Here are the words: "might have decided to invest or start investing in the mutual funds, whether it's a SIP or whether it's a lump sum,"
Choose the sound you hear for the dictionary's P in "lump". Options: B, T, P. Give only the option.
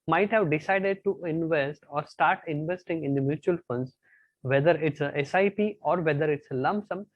B